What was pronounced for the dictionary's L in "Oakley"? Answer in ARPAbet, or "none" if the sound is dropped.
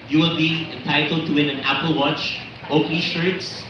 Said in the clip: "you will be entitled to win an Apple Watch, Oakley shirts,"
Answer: none